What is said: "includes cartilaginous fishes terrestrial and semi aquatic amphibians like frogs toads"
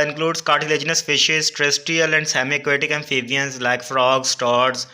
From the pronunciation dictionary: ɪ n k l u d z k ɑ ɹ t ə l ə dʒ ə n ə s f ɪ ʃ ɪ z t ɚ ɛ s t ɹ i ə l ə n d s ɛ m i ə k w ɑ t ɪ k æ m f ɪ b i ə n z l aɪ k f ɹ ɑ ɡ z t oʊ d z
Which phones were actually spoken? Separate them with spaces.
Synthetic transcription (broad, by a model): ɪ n k l u d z k ɑ ɹ t ə l ə dʒ ə n ə s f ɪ ʃ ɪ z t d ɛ s t i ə l ə n d s ɛ m i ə k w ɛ t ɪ k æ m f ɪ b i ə n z l aɪ k f ɹ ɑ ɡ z t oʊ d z